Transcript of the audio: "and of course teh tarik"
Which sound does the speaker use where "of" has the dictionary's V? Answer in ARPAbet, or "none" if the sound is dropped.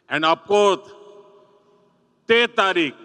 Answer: P